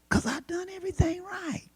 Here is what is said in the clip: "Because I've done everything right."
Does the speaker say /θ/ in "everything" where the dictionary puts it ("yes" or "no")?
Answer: yes